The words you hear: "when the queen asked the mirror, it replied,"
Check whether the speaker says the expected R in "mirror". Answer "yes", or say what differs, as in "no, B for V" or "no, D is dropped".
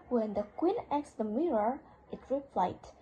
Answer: yes